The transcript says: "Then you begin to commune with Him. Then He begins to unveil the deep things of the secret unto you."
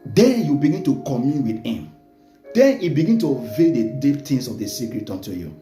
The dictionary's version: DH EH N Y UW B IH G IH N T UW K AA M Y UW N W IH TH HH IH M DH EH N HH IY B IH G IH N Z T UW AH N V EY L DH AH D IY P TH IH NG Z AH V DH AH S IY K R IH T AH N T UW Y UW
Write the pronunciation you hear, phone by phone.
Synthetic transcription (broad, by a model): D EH N Y UW B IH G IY N T UW K AA M Y UW N W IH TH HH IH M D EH N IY B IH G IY N T UW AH V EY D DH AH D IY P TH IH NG S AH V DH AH S IY K R IH T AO N T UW Y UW